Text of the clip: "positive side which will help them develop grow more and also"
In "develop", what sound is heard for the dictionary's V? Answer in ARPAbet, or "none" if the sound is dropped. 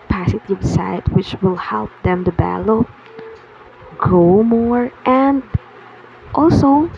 B